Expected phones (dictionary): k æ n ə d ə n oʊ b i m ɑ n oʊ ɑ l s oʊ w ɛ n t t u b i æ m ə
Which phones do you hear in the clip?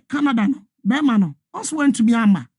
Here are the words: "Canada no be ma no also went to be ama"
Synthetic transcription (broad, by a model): k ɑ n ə d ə n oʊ b i m ɑ n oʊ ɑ n s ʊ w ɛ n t t u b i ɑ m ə